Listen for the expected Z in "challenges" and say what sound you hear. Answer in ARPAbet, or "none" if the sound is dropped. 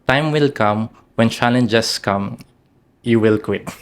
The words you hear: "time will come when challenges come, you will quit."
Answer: S